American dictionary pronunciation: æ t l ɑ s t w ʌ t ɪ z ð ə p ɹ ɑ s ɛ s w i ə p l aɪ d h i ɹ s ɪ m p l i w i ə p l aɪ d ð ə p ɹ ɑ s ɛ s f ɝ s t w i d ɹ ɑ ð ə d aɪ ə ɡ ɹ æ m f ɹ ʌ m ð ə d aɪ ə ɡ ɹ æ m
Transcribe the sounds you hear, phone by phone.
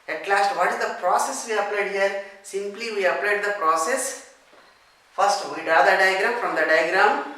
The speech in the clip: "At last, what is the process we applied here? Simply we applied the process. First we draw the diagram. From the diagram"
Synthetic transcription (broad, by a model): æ t l ɑ s t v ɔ t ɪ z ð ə p ɹ ɑ s ɛ s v i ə p l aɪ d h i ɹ s ɪ m p l i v i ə p l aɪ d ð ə p ɹ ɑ s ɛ s f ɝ s t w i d ɑ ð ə d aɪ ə ɡ ɹ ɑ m f ɹ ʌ m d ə d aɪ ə ɡ ɹ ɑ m